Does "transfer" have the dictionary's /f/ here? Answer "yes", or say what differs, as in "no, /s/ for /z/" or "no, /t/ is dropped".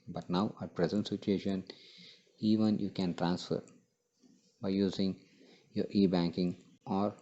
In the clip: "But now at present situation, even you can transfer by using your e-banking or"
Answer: yes